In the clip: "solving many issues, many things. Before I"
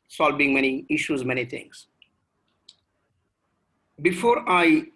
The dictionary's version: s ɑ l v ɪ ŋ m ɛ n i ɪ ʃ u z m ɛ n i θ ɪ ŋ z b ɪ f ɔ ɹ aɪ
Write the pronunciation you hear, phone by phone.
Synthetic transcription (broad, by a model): s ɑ l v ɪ ŋ m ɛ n i ɪ ʃ u z m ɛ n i t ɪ ŋ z b ɪ f ɔ ɹ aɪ